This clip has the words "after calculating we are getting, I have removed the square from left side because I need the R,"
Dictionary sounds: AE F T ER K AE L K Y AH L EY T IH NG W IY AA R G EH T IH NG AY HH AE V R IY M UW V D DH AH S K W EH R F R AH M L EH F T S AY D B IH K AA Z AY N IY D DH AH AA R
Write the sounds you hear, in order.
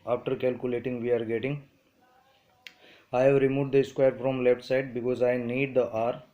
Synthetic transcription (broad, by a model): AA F T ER K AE L K Y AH L EY T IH NG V IY AA R G EH T IH NG AY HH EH V R IY M UW V D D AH S K W EH R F R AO M L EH P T S AY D B IH K AA Z AY N IY D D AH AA R